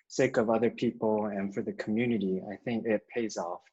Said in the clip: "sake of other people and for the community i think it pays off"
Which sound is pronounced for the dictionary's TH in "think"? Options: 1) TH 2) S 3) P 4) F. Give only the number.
1